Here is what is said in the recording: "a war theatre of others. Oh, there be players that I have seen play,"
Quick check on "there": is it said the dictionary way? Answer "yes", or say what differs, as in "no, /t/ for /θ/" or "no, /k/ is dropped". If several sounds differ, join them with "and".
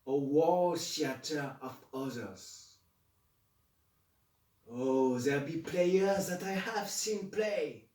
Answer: no, /l/ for /ɹ/